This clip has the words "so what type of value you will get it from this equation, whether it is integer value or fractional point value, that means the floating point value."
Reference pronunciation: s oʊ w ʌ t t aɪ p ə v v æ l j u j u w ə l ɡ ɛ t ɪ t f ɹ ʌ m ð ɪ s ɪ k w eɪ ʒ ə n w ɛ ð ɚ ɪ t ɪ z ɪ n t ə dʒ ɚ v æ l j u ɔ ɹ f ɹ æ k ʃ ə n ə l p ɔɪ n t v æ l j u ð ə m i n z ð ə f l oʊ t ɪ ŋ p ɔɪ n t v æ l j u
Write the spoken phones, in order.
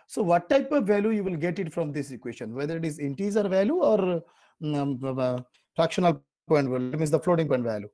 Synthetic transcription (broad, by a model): s oʊ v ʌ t t aɪ p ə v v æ l j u j u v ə l ɡ ɛ t ɪ t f ɹ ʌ m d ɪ s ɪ k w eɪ ʃ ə n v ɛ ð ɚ ɪ t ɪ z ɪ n t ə z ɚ v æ l j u ɔ ɹ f ɹ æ k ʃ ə n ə l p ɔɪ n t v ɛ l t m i n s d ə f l oʊ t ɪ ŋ p ɔɪ n t v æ l j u